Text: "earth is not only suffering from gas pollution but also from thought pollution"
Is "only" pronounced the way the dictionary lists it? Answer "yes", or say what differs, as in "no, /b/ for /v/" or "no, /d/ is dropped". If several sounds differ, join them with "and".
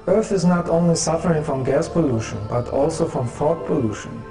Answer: yes